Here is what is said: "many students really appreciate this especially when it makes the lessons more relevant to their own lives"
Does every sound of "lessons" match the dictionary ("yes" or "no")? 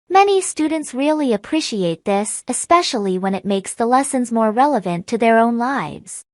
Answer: yes